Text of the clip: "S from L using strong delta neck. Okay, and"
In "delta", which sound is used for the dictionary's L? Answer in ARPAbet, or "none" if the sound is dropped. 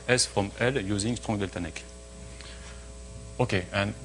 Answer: L